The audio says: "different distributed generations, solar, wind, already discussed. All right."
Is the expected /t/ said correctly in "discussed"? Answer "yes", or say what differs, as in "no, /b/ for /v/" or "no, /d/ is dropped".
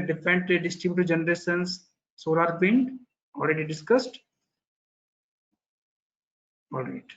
yes